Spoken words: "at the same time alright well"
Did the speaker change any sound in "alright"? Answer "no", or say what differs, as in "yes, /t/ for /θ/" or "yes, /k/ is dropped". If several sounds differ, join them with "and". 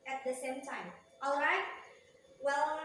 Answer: no